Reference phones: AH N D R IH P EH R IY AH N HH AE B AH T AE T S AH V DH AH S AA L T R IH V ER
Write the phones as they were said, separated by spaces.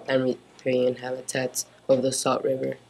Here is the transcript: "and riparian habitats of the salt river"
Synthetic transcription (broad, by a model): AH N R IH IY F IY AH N HH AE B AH T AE T S AH V DH AH S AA T R IH V ER